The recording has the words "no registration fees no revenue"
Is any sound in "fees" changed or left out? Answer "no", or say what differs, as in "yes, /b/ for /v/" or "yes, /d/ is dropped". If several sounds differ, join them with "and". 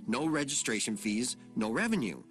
no